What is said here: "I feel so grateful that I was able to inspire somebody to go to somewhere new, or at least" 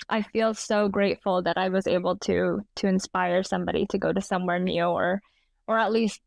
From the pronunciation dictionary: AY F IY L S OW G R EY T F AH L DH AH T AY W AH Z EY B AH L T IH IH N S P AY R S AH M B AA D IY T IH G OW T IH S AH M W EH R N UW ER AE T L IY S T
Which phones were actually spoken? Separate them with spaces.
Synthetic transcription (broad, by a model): AY F IY L S OW G R EY T F L DH AH T AY W AH Z EY B L T IH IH N S P AY R S AH M B AA D IY T IH G OW T IH S AH M W EH R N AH ER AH T L IY S T